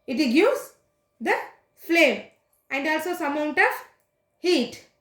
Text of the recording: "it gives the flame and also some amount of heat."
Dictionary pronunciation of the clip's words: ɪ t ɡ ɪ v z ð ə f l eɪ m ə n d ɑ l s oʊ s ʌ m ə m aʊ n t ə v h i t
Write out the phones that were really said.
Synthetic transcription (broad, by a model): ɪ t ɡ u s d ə f l eɪ m ə n d ɑ l s oʊ s ʌ m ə ʊ n t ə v h i t